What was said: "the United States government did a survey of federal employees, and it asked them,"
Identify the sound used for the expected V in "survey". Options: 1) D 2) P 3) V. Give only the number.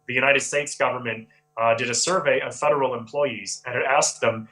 3